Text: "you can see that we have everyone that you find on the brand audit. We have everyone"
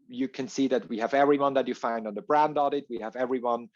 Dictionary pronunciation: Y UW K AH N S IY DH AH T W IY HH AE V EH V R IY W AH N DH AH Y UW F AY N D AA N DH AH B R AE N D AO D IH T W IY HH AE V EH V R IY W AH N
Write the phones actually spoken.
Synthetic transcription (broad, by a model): Y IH K AH N S IY DH AH T W IY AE V EH V R IY W AH N DH AH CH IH F AY N D N DH AH B R AE N D AO D IH T W IY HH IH V EH V R IY W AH N